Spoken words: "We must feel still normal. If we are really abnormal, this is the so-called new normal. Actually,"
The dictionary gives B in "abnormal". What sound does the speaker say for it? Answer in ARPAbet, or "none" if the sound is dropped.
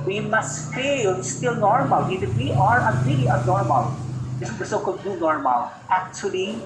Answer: none